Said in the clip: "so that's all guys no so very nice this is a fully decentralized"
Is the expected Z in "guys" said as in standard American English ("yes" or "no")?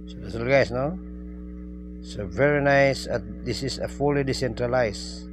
no